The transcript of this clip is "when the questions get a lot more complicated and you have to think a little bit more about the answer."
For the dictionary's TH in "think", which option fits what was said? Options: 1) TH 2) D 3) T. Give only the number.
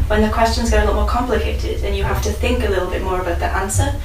1